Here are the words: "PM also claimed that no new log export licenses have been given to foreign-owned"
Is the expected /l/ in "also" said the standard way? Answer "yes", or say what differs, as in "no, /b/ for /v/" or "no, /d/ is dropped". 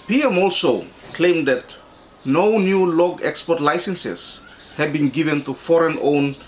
yes